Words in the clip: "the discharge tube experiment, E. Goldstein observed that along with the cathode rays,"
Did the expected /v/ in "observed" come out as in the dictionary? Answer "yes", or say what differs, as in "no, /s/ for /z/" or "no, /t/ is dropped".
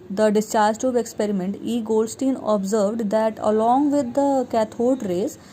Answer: yes